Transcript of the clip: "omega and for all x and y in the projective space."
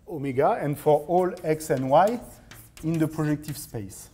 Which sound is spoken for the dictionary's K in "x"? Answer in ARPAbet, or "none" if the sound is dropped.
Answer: K